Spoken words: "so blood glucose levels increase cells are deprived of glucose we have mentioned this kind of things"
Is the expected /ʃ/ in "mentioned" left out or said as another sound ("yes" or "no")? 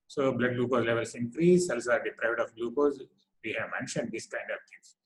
no